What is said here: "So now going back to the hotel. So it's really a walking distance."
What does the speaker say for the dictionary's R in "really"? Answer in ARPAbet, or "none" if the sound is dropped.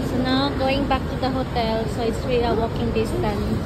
W